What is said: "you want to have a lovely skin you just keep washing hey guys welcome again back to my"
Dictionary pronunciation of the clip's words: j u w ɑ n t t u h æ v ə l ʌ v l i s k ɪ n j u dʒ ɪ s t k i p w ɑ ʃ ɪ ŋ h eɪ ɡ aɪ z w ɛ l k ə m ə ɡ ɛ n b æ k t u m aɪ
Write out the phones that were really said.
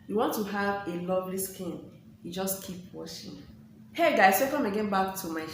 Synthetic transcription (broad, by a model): j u w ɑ n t t u h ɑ v ə l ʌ v l i s k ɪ n j u dʒ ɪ s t k i p w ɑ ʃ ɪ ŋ h eɪ ɡ aɪ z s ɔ k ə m ə ɡ ɛ n b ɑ k t u m aɪ